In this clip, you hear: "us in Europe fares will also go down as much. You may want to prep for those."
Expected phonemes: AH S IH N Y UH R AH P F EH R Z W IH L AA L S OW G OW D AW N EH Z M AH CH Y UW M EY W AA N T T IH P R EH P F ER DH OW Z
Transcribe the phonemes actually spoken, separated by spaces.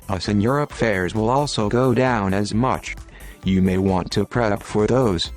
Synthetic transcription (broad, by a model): AH S IH N Y UH R AH P F EH R Z W IH L AA L S OW G OW D AW N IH Z M AH CH Y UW M EY W AA N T T IH P R EH P F ER DH OW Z